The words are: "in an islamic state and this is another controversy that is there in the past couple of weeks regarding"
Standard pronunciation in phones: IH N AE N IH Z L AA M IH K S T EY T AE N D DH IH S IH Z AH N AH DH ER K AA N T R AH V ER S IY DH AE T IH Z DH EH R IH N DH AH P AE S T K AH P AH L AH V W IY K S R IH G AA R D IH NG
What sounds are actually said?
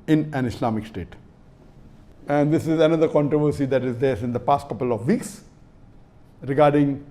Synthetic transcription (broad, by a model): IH N AE N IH S L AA M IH K S T EY T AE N D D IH S IH Z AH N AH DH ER K AA N T R AH V ER S IY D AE T IH Z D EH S IH N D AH P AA S T K AH P AH L AH V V IY K S R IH G AA R D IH NG